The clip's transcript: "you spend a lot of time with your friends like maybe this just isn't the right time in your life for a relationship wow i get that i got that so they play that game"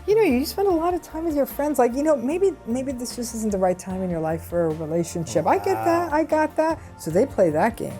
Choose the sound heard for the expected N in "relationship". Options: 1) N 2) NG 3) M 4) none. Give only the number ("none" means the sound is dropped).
1